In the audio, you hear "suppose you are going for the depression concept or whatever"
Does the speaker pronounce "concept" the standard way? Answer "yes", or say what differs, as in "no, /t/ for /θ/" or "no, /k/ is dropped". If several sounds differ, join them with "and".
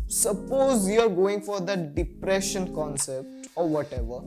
yes